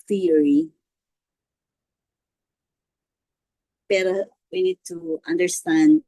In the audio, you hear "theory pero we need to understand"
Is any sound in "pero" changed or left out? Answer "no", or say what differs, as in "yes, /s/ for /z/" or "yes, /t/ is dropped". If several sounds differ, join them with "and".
yes, /b/ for /p/